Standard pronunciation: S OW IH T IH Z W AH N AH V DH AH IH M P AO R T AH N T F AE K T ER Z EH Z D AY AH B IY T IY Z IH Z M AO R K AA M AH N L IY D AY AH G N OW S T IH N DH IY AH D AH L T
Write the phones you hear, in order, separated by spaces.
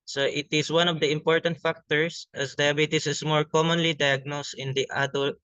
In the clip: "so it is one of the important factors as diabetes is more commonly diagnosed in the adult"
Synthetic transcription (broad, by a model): S OW IH T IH S W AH N AH V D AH IH M P AO R T AH N T F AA K T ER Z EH S D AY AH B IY T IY S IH S M AO R K AA M AH N L IY D AY AH G N OW S T IH N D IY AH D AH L